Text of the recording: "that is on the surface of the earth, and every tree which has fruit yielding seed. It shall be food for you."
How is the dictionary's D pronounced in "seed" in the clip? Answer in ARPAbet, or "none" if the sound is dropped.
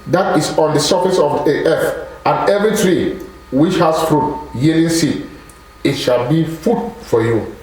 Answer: none